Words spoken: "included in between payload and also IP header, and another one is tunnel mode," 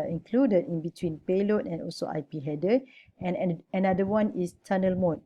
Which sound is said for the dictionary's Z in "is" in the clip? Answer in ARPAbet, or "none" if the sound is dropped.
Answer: S